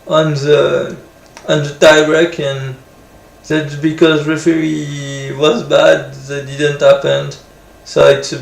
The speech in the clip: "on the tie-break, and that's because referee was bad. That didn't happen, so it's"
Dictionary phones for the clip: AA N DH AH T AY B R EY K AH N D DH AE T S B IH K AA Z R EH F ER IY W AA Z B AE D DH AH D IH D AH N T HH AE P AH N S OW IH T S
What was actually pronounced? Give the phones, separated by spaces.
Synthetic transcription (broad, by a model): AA N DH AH T AY R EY K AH N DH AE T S B IH K AA Z R EH F ER IY W AA Z B AE D DH AH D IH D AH N T HH AE P AH N S OW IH T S